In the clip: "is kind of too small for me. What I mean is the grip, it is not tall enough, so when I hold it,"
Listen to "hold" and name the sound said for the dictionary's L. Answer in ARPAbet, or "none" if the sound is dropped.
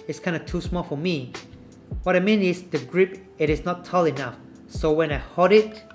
none